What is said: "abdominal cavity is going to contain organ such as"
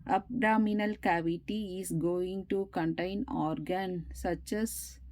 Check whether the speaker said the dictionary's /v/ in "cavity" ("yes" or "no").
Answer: yes